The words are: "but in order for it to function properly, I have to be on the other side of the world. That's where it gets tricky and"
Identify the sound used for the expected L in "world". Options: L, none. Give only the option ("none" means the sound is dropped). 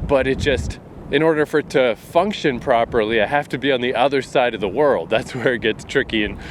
L